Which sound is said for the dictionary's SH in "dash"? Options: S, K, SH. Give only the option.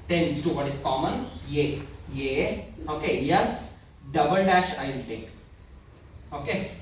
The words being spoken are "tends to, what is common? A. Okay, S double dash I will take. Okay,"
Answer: SH